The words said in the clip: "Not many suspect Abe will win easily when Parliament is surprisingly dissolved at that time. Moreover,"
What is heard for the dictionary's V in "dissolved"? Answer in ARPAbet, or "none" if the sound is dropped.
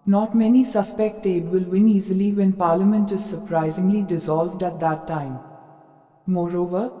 V